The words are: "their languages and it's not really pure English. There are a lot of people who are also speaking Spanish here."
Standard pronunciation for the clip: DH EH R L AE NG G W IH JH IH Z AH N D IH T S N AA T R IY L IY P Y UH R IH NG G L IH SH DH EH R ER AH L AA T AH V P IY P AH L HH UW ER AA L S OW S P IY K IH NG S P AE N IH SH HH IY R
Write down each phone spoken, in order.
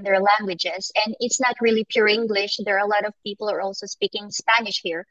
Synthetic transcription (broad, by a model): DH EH R L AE NG G W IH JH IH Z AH N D IH T S N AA T R IY L IY P Y UH R IH NG G L IH SH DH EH R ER AH L AA T AH V P IY P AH L ER AA L S OW S P IY K IH NG S P AE N IH SH HH IY R